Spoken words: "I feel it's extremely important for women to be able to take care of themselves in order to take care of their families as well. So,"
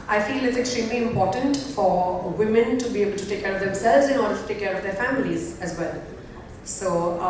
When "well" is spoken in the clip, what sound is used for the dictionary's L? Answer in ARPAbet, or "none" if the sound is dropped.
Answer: L